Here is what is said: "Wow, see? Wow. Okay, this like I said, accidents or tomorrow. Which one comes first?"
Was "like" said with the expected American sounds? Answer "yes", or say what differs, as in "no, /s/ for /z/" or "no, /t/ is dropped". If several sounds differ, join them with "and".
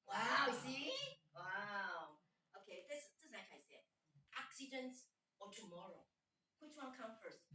no, /n/ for /l/